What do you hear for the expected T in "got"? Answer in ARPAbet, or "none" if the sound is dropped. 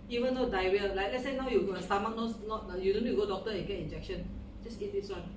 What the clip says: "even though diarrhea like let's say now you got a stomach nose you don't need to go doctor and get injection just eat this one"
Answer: none